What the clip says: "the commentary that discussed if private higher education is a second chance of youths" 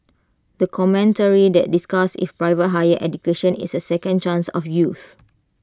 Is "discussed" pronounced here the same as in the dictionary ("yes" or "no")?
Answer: no